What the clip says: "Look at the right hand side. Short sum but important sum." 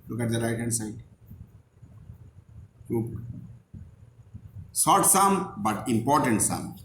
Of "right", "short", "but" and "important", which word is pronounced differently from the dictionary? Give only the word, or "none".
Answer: short